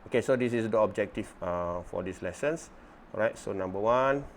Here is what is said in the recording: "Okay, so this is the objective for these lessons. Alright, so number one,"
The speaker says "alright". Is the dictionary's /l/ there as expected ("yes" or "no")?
no